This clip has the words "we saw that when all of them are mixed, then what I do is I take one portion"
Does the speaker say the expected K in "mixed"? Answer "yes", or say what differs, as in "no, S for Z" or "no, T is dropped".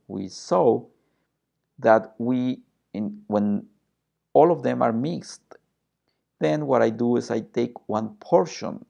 yes